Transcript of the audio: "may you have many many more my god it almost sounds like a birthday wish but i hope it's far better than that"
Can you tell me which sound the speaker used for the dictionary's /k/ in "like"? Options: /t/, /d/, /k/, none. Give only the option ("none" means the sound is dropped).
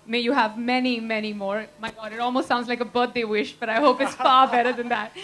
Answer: /k/